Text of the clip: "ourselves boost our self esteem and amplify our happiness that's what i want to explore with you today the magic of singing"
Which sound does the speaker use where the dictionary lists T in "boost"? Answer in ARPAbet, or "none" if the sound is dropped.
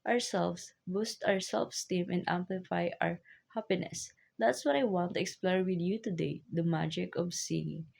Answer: T